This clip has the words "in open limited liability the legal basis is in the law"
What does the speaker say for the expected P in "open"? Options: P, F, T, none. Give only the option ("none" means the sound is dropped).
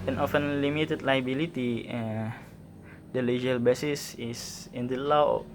F